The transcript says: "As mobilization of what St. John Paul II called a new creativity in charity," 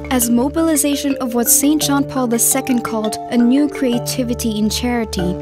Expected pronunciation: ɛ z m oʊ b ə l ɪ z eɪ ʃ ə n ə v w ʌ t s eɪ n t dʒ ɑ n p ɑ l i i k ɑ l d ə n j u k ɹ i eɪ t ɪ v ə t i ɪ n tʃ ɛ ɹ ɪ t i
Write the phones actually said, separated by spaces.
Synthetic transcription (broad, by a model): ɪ z m oʊ b ə l ɪ z eɪ ʃ ə n ə v w ʌ t s eɪ n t dʒ ɑ n p ɑ l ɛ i k ɑ l d ə n j u k ɹ i eɪ t ɪ v ə t i ɪ n tʃ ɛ ɹ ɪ t i